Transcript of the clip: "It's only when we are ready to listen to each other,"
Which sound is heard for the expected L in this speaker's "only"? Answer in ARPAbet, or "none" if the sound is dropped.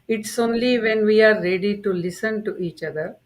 L